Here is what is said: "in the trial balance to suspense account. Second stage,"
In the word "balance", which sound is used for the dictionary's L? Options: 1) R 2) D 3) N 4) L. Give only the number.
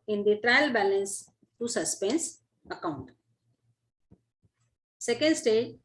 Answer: 4